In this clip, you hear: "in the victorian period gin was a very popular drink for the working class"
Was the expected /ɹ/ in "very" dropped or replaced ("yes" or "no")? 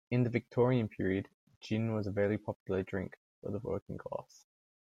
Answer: yes